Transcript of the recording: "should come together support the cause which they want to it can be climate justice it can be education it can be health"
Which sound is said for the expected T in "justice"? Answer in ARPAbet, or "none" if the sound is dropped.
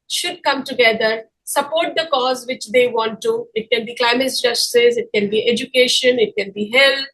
S